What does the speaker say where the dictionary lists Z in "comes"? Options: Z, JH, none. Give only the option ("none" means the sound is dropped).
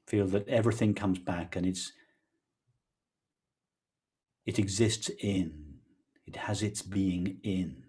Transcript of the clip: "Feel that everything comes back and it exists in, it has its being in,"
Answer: Z